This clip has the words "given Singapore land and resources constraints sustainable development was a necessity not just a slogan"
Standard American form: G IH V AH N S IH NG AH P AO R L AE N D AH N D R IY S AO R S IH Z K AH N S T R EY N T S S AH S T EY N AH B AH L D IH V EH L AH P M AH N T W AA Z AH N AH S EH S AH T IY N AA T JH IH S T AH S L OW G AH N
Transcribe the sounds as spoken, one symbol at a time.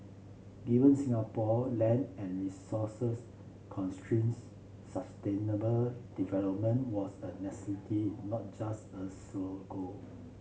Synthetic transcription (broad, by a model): G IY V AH N S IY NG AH P AO L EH N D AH N R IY S AO S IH S K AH N S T R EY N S S AH S T EY N AH B AH L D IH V EH L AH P M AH N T W AA S AH N AH S EH S AH T IY N AA T JH IH S T AH S OW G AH